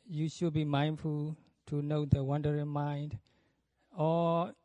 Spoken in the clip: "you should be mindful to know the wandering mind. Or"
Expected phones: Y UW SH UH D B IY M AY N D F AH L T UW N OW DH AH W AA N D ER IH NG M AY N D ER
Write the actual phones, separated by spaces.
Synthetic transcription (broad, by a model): Y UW SH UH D B IY M AY N D F AH L T UW N OW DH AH W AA N D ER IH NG M AY N D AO